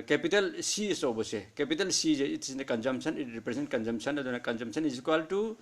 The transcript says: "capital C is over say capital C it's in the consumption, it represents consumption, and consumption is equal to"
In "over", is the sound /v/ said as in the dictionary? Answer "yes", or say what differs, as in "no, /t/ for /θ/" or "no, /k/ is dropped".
no, /b/ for /v/